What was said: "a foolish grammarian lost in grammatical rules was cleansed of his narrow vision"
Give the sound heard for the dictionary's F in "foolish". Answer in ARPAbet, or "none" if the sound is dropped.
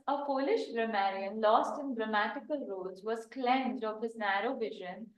P